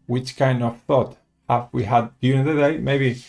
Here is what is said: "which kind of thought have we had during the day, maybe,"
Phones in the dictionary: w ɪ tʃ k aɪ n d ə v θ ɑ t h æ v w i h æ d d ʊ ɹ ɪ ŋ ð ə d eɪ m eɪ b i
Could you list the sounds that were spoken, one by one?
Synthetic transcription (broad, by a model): w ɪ tʃ k aɪ n d ə v θ ɑ t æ f w i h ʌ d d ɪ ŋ ð ə d eɪ m eɪ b i